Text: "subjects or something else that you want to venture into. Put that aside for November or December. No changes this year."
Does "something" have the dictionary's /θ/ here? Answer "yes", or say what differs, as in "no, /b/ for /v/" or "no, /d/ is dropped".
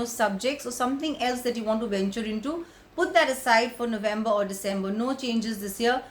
no, /t/ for /θ/